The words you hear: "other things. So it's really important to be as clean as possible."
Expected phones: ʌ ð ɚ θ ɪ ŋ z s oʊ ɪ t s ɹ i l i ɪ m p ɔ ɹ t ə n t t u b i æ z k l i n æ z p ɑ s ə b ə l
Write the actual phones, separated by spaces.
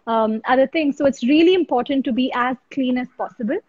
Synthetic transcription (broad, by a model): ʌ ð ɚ t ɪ ŋ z s oʊ ɪ t s ɹ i l i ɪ m p ɔ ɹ t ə n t t u b i æ z k l i n æ z p ɑ s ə b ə l